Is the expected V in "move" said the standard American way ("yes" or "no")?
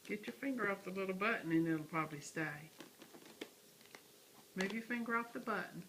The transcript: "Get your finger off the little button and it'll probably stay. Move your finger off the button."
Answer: no